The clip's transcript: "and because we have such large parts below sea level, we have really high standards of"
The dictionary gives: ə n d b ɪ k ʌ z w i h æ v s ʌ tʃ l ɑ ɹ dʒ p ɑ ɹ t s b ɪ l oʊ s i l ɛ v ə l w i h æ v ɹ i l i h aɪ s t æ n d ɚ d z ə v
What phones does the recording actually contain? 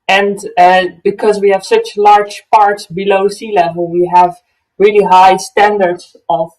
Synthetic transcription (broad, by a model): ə n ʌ b ɪ k ʌ z w i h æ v s ʌ tʃ l ɑ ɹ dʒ p ɑ ɹ t s b ɪ l oʊ s i l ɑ w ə w i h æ v ɹ i l i h aɪ s t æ n d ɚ d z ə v